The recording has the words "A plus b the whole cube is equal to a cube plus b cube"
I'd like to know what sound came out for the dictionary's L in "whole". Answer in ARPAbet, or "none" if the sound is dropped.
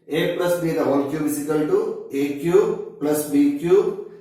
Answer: N